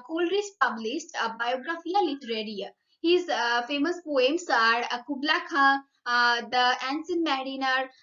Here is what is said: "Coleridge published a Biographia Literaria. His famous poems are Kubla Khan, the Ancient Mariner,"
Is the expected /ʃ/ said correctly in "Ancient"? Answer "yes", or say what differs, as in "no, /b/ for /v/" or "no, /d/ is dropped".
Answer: no, /s/ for /ʃ/